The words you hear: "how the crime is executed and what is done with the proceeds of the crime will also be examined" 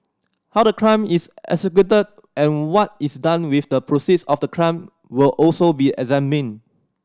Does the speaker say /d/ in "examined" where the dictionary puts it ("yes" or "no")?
no